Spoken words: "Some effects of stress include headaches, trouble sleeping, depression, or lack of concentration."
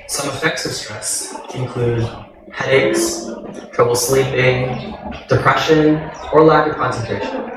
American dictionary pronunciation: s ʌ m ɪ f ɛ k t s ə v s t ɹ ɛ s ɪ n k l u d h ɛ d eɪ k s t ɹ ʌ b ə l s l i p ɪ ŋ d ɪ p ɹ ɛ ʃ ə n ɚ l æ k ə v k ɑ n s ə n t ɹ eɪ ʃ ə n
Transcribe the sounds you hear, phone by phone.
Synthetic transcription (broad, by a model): s ʌ m ɪ f ɛ k t s ə v s t ɹ ɛ s ɪ n k l u d h ɛ d eɪ k s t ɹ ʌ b l s l i p ɪ ŋ d ɪ p ɹ ɛ ʃ ə n ɚ l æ ə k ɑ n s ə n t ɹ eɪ ʃ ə n